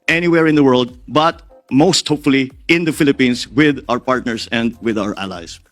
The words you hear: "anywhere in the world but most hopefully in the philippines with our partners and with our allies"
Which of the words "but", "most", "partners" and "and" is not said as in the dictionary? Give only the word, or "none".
partners